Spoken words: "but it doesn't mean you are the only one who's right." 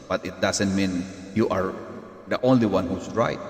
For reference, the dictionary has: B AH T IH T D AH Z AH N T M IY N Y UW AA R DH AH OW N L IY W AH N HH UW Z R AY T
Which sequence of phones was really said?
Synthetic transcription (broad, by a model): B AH T IH T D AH S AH N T M IY N Y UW AA R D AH OW N L IY W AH N HH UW S R AY T